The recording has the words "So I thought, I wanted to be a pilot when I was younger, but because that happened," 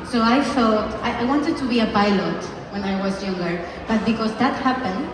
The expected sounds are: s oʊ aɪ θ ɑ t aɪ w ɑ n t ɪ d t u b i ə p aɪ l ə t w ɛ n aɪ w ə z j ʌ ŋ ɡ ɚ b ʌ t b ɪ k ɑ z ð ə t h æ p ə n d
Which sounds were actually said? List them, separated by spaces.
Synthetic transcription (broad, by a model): s oʊ aɪ t ɑ t aɪ w ɑ n t ɪ d t u b i ə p aɪ l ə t w ɛ n aɪ w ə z j ʌ ŋ ɡ ɚ b ʌ t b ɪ k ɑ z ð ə t h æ p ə n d